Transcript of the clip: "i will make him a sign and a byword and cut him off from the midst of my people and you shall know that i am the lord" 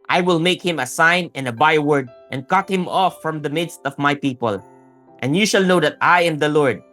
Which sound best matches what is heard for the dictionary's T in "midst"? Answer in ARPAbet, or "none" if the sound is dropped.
T